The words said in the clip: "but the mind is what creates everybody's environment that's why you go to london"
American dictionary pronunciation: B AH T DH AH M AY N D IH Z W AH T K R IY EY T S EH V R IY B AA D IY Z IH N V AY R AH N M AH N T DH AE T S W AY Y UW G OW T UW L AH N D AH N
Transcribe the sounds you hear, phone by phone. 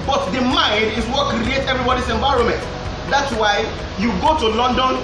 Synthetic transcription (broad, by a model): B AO T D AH M AY N D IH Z W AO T K R IY EY T EH V R IY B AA D IY S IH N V AY R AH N M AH N T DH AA T S W AY Y UW G OW T UW L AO N D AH N